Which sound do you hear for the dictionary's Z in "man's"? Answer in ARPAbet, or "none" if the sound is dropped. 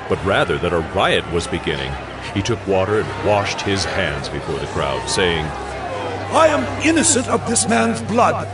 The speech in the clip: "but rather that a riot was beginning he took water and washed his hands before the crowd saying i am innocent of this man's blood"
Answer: Z